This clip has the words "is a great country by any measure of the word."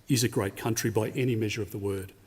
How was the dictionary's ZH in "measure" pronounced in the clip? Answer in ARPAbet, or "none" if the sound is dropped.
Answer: ZH